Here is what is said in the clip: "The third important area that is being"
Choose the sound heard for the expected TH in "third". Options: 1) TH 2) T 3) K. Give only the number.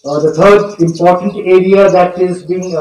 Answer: 2